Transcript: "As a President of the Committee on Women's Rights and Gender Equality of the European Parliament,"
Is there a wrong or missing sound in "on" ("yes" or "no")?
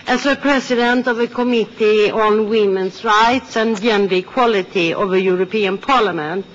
no